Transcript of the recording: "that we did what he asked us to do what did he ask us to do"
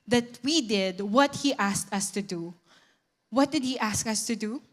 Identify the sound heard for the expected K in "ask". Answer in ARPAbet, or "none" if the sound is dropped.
K